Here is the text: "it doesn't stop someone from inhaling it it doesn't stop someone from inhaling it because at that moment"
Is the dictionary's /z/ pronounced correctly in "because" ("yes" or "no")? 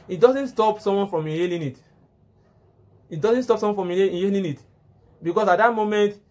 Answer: no